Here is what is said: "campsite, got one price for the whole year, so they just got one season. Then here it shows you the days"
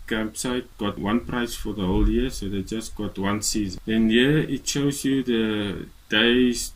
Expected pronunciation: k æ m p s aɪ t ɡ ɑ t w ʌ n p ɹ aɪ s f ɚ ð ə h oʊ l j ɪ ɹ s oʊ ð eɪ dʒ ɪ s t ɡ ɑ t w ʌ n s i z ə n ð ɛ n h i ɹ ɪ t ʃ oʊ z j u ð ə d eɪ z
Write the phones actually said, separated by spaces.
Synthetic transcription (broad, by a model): k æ m p s aɪ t ɡ ɑ t w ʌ n p ɹ aɪ s f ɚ ð ə h oʊ l j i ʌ s oʊ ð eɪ dʒ ɪ s t ɡ ɑ t w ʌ n s i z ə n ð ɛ n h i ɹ ɪ t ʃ oʊ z j u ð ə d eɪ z